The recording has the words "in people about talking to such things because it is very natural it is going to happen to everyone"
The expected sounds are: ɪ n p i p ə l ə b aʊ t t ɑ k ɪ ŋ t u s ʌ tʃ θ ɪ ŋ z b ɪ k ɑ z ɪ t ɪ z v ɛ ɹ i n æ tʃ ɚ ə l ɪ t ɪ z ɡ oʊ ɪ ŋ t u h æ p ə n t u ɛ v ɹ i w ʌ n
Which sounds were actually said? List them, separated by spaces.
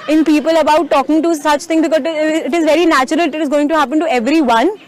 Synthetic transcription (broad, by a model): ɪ n p i p ə l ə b aʊ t t ɑ k ɪ ŋ t u s ʌ tʃ t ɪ ŋ b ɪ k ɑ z ɪ t ɪ z v ɛ ɹ i n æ tʃ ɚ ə l ɪ t ɪ z ɡ oʊ ɪ ŋ t u h æ p ə n t u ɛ v ɹ i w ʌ n